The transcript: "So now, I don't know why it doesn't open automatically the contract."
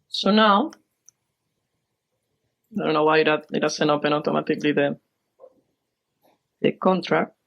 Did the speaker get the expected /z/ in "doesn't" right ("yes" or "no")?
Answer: no